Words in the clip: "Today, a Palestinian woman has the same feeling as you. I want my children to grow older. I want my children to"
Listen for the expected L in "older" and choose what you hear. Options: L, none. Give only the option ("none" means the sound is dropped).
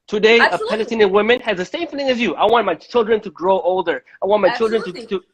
L